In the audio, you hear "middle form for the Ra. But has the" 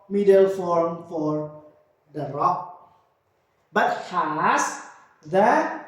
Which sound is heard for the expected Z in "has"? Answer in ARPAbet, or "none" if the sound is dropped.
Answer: S